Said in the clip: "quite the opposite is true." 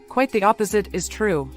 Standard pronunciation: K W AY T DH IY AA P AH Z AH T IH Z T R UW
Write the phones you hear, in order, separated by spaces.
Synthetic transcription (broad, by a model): K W AY T DH IY AA P AH Z AH T IH Z T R UW